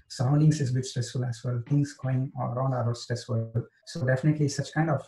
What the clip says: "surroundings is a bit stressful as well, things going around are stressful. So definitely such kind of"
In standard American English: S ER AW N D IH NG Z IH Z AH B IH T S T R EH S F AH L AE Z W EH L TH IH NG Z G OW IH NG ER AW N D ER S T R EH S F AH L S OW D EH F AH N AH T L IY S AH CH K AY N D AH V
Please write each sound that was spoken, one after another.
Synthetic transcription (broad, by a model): S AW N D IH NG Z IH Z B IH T S T R EH S F AH L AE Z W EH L T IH NG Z G OW IH NG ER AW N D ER S T R EH S F AH L S OW D EH F AH N AH T L IY S AH CH K AY N D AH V